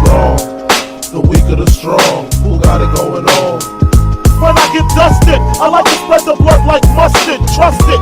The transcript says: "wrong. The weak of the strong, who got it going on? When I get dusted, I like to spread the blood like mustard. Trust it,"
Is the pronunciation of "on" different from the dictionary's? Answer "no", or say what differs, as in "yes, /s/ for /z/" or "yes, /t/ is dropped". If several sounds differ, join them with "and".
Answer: yes, /l/ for /n/